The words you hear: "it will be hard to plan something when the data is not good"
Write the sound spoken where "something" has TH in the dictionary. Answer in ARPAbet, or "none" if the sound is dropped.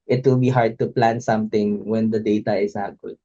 T